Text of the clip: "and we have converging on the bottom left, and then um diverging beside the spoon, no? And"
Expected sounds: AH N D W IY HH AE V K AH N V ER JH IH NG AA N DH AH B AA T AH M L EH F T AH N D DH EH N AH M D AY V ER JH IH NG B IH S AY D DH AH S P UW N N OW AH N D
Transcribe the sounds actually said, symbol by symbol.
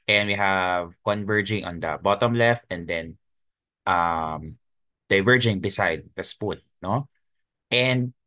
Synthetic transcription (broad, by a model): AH N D W IY HH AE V K AH N V ER JH IH NG AA N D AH B AA T AH M L EH F T AH N D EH N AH M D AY V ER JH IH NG B IH S AY D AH S P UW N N OW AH N D